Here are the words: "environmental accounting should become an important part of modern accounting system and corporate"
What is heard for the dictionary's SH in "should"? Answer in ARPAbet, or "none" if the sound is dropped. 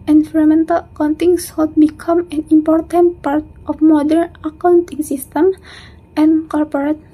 S